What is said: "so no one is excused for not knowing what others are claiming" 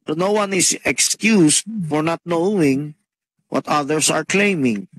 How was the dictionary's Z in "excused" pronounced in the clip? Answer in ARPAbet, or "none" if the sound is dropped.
S